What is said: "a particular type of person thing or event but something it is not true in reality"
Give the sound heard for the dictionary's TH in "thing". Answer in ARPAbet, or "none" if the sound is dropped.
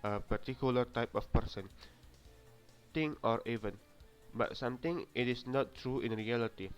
T